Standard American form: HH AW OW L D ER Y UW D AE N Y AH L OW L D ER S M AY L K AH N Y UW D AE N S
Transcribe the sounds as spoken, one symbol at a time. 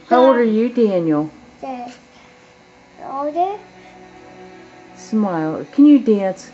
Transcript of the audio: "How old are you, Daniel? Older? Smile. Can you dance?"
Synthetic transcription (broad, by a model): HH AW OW D ER Y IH D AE N Y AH L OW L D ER S M AY L K AH N Y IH D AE N S